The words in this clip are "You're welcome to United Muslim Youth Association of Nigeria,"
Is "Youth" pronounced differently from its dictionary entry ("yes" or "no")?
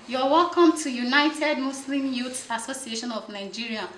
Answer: yes